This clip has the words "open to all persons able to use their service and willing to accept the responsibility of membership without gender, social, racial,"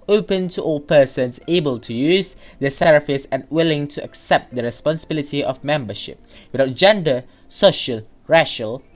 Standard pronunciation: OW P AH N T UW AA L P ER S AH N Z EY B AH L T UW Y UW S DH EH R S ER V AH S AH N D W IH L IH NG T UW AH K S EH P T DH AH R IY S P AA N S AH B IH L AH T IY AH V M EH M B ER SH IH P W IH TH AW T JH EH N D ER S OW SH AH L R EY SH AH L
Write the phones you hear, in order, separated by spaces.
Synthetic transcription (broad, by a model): OW P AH N T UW AA L P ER S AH N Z EY B AH L T UW Y UW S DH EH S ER F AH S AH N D W IH L IH NG T UW AH K S EH P T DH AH R IY S P AA N S AH B IH L AH T IY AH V M EH M B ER SH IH P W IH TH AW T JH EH N D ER S OW SH AH L R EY SH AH L